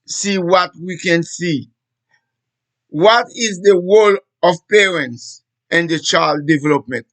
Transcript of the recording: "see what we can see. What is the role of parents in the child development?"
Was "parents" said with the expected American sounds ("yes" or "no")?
yes